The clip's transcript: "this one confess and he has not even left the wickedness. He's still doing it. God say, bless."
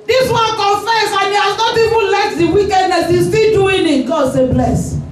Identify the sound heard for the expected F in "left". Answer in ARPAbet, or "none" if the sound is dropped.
none